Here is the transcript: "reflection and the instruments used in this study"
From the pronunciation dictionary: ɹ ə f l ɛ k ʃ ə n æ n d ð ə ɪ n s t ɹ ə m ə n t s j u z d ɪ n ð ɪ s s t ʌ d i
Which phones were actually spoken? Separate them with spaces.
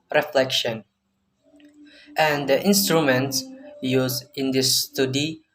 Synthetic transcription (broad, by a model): ɹ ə f l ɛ k ʃ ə n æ n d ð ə ɪ n s t ɹ ə m ə n t s j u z ɪ n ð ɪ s s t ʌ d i